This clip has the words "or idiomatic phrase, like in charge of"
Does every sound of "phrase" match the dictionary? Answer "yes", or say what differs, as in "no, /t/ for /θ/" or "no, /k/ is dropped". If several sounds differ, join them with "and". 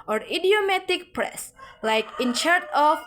no, /p/ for /f/ and /s/ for /z/